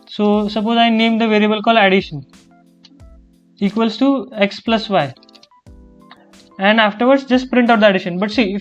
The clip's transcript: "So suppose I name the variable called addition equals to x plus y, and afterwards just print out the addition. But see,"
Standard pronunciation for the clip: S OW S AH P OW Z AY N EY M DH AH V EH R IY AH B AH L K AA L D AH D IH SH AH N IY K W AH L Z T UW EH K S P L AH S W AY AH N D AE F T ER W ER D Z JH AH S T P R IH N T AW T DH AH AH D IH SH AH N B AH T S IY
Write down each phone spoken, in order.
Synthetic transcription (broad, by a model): S OW S AH P OW Z AY N EY M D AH V EH R IY AH B AH L K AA L AH D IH SH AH N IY K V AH L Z T UW EH K S P L AH S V AY AH N D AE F T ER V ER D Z JH AH S T P R IH N T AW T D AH AH D IH SH AH N B AH T S IY